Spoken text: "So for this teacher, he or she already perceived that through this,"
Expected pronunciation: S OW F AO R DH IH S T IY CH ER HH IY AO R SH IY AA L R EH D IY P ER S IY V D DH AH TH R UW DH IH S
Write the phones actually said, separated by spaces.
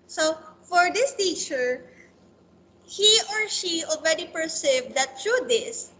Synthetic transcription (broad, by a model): S OW F AO R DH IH S T IY CH ER HH IY AO R SH IY AA L R EH D IY P ER S IY V D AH T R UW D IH S